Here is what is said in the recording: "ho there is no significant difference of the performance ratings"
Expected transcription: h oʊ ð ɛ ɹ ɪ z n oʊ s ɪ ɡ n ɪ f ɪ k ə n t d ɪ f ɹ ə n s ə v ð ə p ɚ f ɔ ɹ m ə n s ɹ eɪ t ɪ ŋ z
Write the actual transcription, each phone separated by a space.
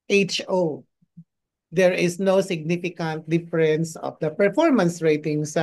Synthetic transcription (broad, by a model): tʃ oʊ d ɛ ɹ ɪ s n oʊ s ɪ ɡ n ɪ f ɪ k ə n t d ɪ f ɹ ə n s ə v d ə p ɚ f ɔ ɹ m ə n s ɹ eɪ t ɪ ŋ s